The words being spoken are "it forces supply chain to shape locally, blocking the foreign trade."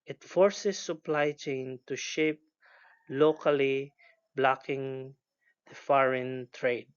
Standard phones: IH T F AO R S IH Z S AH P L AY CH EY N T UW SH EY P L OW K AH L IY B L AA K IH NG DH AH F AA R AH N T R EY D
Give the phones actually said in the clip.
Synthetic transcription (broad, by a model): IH T F AO R S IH S AH P L AY CH EY N T UW SH EY P L OW K AH L IY B L AA K IH NG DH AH F AA R AH N T R EY D